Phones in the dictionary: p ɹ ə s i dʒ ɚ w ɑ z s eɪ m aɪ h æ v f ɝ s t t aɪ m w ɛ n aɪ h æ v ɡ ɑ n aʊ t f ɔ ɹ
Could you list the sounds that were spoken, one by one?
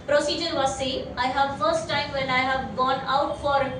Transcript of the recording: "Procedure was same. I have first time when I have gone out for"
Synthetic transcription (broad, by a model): p ɹ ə s i dʒ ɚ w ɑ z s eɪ aɪ h æ v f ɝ s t t aɪ m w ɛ n aɪ h æ v ɡ ɑ n aʊ t f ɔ ɹ